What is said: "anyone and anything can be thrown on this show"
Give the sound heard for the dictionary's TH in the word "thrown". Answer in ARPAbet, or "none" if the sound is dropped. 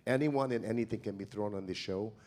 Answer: TH